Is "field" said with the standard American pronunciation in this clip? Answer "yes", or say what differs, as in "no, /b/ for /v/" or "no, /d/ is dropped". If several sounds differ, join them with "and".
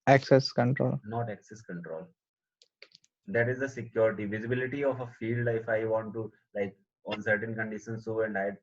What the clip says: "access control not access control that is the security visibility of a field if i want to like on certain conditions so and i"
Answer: yes